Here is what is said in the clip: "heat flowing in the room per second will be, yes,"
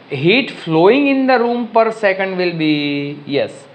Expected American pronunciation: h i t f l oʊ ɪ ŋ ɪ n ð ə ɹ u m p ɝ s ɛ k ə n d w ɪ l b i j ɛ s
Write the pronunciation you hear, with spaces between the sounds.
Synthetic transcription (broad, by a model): h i t f l oʊ ɪ ŋ ɪ n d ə ɹ u m p ɝ s ɛ k ə n d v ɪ l b i j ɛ s